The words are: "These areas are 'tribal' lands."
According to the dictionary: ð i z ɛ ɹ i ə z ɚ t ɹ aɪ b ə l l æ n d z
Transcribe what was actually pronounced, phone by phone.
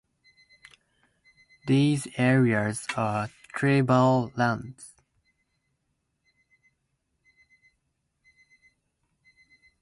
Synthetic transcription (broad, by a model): ð i z ɛ ɹ i ə z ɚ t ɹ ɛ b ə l l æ n d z